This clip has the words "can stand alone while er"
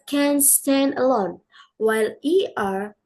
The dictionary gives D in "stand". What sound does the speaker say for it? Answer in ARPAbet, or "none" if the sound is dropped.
D